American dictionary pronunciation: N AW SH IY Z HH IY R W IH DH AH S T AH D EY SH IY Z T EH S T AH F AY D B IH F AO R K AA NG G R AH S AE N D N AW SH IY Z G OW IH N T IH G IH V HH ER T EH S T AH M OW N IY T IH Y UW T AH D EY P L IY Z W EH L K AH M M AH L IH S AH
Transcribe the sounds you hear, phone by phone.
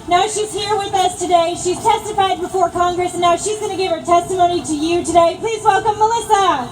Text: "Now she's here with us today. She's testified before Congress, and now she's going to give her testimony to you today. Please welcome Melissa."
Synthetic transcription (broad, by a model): N AW SH IY Z HH IY R W IH DH AH S T AH D EY SH IY Z T EH S T AH F AY D B IH F AO R K AA NG G R AH S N N AW SH IY Z G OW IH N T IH G IH V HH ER T EH S T AH M OW N IY T IH Y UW T AH D EY P L IY Z W EH L K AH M M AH L IH S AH